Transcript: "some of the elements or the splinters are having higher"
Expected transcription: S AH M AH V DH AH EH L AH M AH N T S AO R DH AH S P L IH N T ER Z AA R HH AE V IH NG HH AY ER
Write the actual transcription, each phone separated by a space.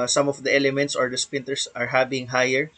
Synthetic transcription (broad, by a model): S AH M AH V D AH EH L AH M AH N T S AO R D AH S P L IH N T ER S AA R HH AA B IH NG HH AY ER